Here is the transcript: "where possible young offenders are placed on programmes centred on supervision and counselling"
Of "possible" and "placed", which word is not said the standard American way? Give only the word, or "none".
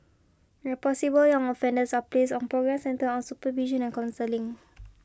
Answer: placed